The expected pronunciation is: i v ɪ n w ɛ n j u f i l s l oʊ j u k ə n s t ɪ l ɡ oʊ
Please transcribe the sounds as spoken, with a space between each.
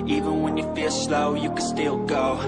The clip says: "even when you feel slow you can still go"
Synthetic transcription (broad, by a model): i v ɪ n w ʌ n j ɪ f i l s l oʊ j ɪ k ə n s t ɪ l ɡ oʊ